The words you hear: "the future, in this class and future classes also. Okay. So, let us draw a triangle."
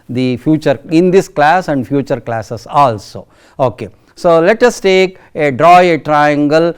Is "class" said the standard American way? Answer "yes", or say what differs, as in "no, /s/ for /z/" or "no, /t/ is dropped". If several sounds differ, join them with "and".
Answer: yes